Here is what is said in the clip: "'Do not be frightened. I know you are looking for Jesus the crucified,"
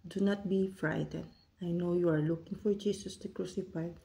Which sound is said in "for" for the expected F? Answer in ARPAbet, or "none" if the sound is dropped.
F